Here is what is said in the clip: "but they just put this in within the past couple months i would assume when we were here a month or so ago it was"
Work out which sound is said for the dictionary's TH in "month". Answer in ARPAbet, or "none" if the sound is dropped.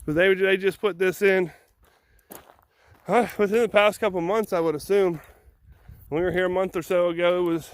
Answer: TH